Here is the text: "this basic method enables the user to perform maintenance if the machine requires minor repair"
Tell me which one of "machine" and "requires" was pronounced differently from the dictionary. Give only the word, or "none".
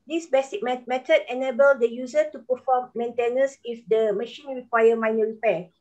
requires